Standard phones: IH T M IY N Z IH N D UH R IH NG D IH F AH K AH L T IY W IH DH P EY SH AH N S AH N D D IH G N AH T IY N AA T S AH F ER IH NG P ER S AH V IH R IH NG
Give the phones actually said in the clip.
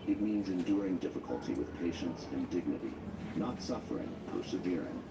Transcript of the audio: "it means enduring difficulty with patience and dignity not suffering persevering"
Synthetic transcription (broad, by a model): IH T M IY N Z IH N D UH R IH NG D IH F AH K AH L T IY W IH DH P EY SH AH N S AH N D D IH G N AH T IY N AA T S AH F ER IH NG P ER S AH V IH R IH NG